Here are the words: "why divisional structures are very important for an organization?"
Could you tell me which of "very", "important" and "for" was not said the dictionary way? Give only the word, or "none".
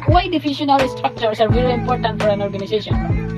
very